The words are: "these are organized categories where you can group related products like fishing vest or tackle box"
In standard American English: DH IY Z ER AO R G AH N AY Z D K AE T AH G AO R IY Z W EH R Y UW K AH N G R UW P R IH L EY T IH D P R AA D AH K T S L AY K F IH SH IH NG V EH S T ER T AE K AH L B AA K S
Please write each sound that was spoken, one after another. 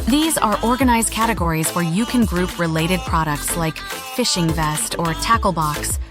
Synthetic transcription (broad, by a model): DH IY Z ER AO R G AH N AY Z D K AE T AH G AO R IY Z W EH R Y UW K AH N G R UW P R IH L EY T IH D P R AA D AH K T S L AY K F IH SH IH NG V EH S T ER T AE K L B AA K S